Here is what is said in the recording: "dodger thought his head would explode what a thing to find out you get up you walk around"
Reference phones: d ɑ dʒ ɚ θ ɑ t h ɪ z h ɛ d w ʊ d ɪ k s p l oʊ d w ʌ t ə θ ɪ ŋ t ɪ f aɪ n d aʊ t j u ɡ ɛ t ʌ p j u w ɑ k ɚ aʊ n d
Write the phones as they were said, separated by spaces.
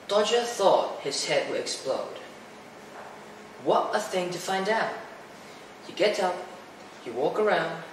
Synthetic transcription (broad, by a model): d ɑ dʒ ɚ θ ɑ t h ɪ z h ɛ d w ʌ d ɪ k s p l oʊ d w ʌ t ə θ ɪ ŋ t ɪ f aɪ n d aʊ t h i ɡ ɛ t ʌ p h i w ɑ k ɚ aʊ n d